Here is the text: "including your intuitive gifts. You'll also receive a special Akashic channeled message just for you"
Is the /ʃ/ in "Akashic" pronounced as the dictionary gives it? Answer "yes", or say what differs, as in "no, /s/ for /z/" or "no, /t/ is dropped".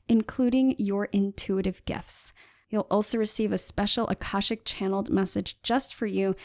yes